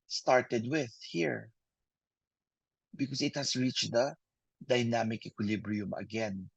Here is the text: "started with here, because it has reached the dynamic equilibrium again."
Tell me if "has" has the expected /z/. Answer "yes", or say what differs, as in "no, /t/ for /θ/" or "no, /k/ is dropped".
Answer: no, /s/ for /z/